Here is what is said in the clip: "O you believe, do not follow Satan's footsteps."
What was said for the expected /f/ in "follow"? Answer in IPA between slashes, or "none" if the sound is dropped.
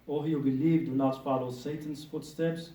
/p/